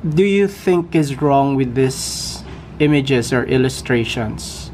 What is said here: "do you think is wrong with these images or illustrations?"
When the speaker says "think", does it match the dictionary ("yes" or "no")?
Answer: yes